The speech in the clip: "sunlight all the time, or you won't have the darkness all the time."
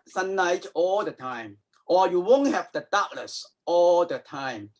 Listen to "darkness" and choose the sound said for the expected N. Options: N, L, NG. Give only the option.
L